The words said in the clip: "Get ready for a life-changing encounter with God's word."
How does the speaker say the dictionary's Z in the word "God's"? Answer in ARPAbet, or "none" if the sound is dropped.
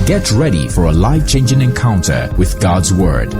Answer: Z